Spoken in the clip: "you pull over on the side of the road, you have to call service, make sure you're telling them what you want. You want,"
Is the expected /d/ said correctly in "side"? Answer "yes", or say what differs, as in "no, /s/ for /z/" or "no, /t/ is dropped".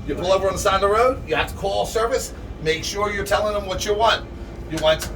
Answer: no, /d/ is dropped